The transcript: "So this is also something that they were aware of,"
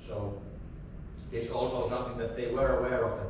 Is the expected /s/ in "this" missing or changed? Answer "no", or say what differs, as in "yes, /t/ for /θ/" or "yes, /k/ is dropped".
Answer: yes, /s/ is dropped